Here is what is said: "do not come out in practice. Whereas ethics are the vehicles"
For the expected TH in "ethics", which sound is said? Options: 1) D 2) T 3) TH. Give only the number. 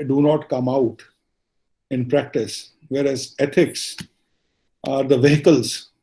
2